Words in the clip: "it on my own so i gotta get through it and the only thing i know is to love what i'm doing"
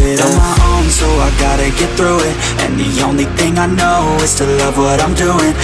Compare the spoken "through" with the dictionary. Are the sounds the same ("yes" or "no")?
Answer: yes